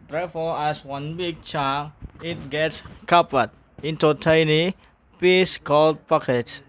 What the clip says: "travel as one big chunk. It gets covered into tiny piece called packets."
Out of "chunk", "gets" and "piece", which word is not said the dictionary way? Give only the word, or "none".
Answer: chunk